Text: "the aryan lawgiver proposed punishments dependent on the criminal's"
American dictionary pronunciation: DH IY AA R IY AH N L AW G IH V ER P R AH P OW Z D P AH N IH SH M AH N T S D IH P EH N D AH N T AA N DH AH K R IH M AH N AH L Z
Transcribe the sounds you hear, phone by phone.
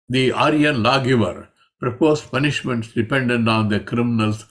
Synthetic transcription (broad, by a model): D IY AA R IY AH N L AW G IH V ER P R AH P OW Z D P AH N IH SH M AH N T S D IH P EH N D AH N T AA N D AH K R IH M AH N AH L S